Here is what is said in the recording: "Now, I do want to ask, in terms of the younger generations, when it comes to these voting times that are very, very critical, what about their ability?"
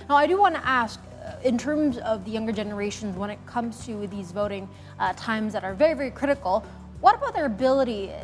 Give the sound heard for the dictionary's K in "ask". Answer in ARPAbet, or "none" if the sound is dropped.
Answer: K